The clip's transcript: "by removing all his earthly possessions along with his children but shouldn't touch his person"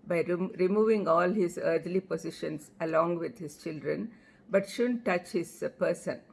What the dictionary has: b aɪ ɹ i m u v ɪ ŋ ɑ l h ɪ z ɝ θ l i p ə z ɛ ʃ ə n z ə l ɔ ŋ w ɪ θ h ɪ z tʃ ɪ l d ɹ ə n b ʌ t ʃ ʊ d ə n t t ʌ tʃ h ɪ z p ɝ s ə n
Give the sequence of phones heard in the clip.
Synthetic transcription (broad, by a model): b aɪ ɹ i m u v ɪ ŋ ɑ l h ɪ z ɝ t l i p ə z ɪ ʃ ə n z ə l ɔ ŋ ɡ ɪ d h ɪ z tʃ ɪ l d ɹ ə n b ʌ t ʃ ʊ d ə n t t ʌ tʃ h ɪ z p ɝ s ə n